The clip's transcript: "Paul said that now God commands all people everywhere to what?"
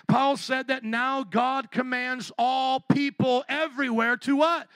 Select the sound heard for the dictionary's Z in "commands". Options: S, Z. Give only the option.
Z